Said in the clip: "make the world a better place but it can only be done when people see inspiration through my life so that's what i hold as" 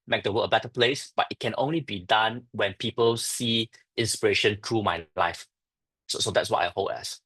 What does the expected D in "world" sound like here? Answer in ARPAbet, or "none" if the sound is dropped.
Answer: none